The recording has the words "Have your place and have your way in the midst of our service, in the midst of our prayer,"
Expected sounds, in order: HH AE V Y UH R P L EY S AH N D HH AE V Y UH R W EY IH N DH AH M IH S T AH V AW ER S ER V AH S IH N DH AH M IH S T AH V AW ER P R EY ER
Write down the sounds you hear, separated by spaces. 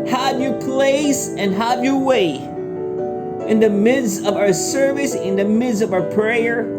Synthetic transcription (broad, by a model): HH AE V Y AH R P L EY S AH N HH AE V Y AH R W EY IH N DH AH M IH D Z AH V AW ER S ER V AH S IH N DH AH M IH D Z AH V AW ER P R EY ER